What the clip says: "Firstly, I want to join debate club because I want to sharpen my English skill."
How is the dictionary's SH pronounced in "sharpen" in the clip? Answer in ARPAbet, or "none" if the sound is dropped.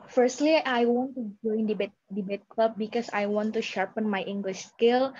SH